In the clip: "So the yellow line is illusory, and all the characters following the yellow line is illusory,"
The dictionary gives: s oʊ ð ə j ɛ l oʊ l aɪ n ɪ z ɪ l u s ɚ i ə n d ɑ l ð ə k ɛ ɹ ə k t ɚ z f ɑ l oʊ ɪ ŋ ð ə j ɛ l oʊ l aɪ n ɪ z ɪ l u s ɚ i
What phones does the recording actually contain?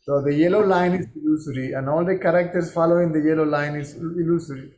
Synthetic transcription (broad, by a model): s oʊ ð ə j ɛ l oʊ l aɪ n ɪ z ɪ l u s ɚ i ə n d ɑ l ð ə k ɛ ɹ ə k t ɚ s f ɑ l oʊ ɪ ŋ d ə j ɛ l oʊ l aɪ n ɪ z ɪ l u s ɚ i